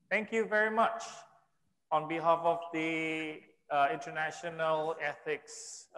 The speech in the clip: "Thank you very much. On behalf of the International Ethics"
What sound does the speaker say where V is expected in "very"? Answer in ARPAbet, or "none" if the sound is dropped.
V